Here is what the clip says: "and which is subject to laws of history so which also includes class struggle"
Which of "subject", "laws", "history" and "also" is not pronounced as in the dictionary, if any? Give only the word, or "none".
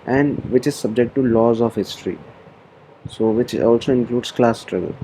none